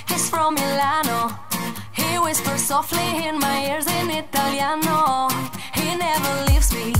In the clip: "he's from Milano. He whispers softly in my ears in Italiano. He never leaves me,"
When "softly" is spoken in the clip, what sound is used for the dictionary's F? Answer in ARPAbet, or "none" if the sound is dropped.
F